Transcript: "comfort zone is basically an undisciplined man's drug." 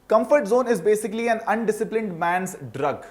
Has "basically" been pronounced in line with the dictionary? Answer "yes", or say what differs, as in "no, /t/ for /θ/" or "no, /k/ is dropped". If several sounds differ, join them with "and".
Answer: yes